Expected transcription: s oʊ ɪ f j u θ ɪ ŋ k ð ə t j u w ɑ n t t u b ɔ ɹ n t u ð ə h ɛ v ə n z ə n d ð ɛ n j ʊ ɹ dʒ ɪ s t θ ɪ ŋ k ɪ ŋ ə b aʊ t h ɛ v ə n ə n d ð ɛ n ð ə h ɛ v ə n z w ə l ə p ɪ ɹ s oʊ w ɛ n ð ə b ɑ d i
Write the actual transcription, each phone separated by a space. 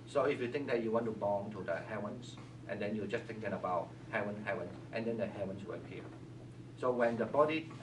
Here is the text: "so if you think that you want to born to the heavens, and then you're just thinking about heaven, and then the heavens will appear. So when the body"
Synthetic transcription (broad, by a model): s oʊ ɪ f j u t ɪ ŋ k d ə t j u w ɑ n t t u b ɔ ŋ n t u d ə h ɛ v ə n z ə n d ɛ n j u dʒ ɪ s t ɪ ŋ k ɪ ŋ ə b aʊ t h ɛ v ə n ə n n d ɛ n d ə h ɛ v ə n s w ə l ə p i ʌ s oʊ w ɛ n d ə b ɑ d i